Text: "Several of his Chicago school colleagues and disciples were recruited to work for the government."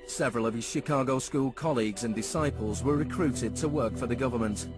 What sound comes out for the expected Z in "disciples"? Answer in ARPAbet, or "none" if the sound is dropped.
Z